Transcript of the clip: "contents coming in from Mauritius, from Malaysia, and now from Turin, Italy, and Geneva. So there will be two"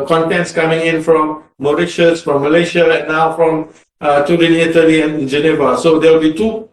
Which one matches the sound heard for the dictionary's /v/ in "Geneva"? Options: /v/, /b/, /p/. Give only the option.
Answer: /v/